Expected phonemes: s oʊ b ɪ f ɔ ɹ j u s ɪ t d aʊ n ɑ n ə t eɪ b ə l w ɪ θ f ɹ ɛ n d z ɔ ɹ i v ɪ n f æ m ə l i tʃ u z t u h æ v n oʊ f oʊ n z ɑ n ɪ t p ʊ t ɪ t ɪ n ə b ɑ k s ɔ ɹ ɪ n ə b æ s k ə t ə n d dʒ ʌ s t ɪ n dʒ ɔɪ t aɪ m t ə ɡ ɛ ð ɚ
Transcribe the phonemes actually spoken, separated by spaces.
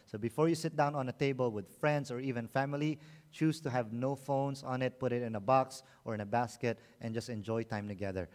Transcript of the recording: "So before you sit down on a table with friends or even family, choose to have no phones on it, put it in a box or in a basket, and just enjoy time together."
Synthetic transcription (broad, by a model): s oʊ b ɪ f ɔ ɹ j u s ɪ t d aʊ n ɑ n ə t eɪ b ə l w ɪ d f ɹ ɛ n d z ɔ ɹ i v ɪ n f æ m ə l i tʃ u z t u h æ v n oʊ f oʊ n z ɑ n ɪ t p ʊ t ɪ t ɪ n ə b ɑ k s ɔ ɹ ɪ n ə b æ s k ə t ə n dʒ ʌ s t ɪ n dʒ ɔɪ t aɪ m t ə ɡ ɛ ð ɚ